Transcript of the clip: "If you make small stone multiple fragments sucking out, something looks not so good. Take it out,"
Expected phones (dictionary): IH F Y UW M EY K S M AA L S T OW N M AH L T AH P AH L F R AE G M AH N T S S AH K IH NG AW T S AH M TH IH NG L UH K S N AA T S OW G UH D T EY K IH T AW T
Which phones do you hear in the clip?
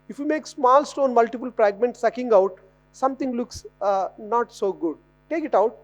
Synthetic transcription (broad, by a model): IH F Y UW M EY K S M AA L S T OW N M AH L T AH P AH L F R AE G M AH N T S S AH K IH NG AW T S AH M T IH NG L UH K S N AA T S OW G UH D T EY K IH T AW T